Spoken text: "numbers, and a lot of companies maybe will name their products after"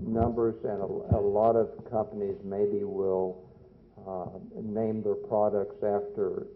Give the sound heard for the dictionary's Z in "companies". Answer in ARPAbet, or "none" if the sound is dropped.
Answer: Z